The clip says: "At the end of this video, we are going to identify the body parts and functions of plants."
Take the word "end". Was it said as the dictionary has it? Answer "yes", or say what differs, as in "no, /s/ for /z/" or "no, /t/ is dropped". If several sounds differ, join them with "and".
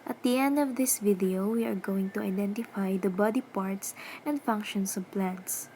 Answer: yes